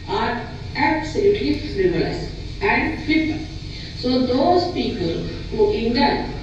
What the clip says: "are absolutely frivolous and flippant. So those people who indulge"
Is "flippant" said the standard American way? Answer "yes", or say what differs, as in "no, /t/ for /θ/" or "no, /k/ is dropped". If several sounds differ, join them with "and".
no, /l/ is dropped